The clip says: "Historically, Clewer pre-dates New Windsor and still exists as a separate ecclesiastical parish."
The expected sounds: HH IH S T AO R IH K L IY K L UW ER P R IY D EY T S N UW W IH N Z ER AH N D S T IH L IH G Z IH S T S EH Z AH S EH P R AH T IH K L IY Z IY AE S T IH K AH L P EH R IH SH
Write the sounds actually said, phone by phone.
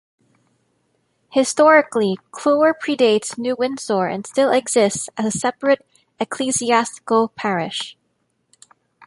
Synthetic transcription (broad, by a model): HH IH S T AO R IH K L IY K L UW ER P R IY D EY T S N UW W IH N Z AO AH N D S T IH L IH G Z IH S T S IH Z AH S EH P R AH T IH K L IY Z IY AE S T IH K L P EH R IH SH